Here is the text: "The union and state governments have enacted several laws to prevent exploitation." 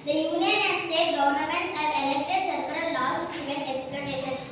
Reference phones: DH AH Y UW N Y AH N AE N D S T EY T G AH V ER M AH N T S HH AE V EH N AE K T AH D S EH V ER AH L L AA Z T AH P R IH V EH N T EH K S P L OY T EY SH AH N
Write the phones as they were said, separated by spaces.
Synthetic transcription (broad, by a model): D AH Y UW N Y AH N AE N D S T EY T G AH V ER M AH N T S HH AE V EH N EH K T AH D S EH P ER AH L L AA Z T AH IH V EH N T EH K S P L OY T EY SH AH N